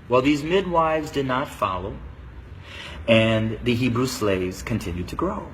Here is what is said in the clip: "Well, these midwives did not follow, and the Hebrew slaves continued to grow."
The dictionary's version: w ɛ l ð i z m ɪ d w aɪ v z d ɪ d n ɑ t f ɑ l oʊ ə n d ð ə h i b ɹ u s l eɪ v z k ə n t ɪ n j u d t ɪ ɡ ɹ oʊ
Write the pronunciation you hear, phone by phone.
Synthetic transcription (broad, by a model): w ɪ l ð i z m ɪ d w aɪ v z d ɪ d n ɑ t f ɑ l oʊ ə n ð ə h i b ɹ u s l eɪ v z k ə n t ɪ n j u d t ɪ ɡ ɹ oʊ